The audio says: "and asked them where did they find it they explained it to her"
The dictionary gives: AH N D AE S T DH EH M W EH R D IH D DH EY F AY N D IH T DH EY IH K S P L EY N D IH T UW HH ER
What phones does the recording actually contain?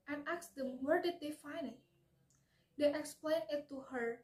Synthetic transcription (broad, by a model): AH N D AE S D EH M W EH R D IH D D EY F AY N IH T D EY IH K S P L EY N IH T UW HH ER